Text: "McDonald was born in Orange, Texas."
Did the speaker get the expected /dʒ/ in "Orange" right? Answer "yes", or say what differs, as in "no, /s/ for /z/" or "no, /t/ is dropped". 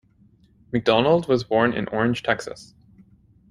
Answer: no, /ʒ/ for /dʒ/